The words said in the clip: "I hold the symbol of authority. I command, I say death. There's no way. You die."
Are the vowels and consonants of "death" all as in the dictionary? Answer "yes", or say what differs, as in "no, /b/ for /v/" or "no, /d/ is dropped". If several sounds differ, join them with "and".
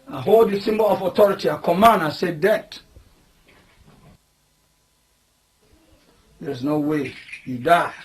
no, /t/ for /θ/